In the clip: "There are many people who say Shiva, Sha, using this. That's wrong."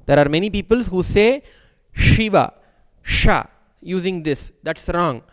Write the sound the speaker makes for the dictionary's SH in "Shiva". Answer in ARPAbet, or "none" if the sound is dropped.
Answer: SH